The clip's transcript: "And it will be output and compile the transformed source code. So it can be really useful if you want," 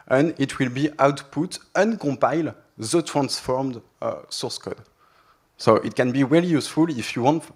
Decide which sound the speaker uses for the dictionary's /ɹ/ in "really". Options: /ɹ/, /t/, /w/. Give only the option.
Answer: /w/